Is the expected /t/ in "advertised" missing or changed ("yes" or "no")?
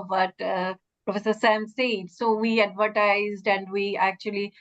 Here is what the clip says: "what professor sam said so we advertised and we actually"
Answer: no